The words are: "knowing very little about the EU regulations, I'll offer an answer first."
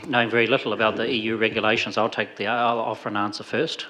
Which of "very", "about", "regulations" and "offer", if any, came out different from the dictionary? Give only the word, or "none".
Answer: none